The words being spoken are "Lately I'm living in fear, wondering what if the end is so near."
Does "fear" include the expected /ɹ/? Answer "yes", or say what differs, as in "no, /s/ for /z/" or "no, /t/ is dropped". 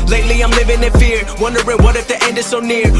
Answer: yes